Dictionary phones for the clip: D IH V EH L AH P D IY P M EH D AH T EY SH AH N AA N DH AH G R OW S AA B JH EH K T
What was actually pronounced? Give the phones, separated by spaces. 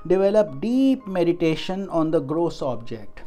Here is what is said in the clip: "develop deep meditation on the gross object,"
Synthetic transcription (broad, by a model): D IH V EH L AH P D IY P M EH D AH T EY SH AH N AA N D AH G R OW S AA B JH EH K T